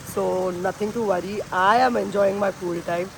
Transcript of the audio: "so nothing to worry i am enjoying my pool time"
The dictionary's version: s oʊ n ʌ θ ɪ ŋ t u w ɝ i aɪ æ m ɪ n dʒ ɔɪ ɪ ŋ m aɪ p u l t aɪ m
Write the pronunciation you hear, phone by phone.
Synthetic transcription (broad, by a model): s oʊ n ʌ t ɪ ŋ t u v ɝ i aɪ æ m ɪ n dʒ ɔɪ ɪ ŋ m aɪ f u l t aɪ m